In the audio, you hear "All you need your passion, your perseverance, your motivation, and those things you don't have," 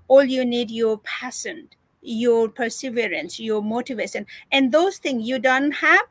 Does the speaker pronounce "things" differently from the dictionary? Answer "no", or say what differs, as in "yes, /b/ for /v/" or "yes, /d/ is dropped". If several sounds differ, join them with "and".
yes, /t/ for /θ/